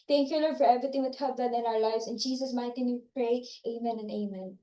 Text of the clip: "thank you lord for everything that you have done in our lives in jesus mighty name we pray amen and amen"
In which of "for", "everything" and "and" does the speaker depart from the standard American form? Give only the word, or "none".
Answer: everything